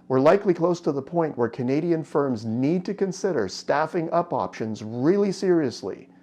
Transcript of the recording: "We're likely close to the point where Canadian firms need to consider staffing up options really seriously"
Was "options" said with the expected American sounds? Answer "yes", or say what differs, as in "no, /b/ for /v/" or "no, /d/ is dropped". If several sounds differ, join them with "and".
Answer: yes